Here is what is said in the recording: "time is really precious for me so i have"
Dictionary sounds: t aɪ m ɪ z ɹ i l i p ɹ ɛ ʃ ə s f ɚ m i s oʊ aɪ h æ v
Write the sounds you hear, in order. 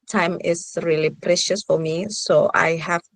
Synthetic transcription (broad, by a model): t aɪ m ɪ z ɹ i l i p ɹ ɛ ʃ ə s f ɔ m i s oʊ aɪ h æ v